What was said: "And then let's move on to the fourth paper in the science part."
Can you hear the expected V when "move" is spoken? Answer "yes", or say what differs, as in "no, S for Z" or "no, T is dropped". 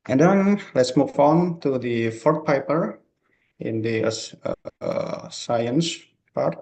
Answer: no, F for V